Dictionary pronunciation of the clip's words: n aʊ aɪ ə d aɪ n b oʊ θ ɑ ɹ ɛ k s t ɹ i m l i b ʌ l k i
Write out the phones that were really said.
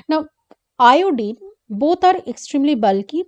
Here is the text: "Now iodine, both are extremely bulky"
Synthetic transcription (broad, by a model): n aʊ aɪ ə d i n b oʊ t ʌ ɹ ɛ k s t ɹ i m l i b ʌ l k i